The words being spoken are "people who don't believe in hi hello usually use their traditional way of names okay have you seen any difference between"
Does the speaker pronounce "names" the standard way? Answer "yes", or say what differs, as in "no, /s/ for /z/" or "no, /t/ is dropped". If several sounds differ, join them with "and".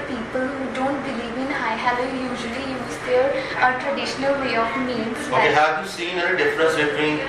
no, /z/ is dropped